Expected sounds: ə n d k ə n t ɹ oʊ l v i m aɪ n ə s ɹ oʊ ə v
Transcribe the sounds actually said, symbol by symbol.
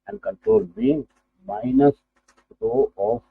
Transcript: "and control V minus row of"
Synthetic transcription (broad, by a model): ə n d k ə n t ɹ oʊ l b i m aɪ n ə s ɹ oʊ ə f